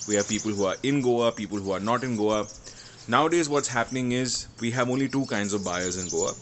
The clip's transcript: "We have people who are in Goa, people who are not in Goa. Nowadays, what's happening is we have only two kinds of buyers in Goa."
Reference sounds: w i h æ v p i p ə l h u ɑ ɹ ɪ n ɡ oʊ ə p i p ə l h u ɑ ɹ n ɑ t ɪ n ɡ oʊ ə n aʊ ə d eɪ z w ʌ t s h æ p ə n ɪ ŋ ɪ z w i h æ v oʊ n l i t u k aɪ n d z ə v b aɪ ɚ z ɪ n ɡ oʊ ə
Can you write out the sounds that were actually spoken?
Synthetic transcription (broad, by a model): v i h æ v p i p ə l h u ɑ ɹ ɪ n ɡ oʊ ə p i p ə l h u ɑ ɹ n ɑ t ɪ n ɡ oʊ ə n aʊ ə d eɪ z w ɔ t s h æ p ə n ɪ ŋ ɪ z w i h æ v oʊ n l i t u k aɪ n d z ə v b aɪ ɚ z ɪ n ɡ oʊ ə